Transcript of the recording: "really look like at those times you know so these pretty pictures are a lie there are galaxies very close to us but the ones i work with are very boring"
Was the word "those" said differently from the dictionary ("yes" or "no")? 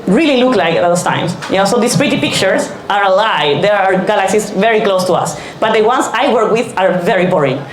yes